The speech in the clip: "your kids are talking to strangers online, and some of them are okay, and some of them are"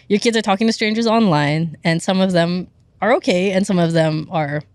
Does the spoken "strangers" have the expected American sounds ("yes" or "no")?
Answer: yes